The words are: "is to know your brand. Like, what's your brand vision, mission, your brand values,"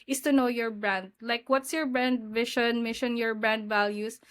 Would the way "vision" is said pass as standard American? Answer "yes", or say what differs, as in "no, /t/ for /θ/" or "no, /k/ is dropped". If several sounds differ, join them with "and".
no, /ʃ/ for /ʒ/